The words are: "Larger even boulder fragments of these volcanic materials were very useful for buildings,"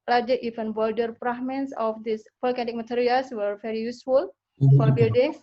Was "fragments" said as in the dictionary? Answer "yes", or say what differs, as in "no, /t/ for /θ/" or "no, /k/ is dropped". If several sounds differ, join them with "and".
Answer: no, /p/ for /f/